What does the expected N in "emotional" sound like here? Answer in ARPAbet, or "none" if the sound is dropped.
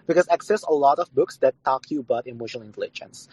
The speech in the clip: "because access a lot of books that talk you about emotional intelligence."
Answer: none